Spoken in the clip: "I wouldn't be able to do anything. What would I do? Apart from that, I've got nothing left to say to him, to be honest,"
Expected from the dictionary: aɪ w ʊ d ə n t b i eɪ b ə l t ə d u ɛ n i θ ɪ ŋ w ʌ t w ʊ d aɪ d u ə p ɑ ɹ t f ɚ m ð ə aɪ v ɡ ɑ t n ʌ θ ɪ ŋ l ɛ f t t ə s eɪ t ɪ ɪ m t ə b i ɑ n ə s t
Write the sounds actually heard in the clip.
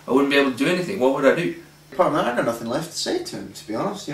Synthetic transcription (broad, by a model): aɪ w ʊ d n b i eɪ ə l t ə d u ɛ n i θ ɪ ŋ w ʌ t w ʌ d aɪ d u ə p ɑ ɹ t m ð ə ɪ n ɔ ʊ n ʌ θ ɪ ŋ l ɛ f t t ə s eɪ t ɪ ɪ m t ə b i ɑ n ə s t